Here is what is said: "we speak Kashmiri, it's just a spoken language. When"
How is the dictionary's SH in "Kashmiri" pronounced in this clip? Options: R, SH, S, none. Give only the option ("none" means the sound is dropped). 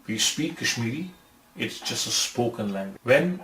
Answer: SH